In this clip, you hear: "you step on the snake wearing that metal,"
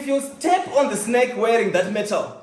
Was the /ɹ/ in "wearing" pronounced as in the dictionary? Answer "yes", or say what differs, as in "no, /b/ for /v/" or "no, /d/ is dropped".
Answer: yes